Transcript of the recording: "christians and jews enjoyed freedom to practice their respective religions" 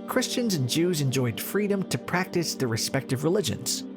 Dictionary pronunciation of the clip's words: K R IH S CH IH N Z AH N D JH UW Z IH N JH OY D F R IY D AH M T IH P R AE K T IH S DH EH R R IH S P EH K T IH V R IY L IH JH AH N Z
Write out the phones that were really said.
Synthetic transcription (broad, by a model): K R IH S CH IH N Z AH N JH UW Z IH N JH OY D F R IY D AH M T IH P R AE K T IH S DH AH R R IH S P EH K T IH V R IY L IH JH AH N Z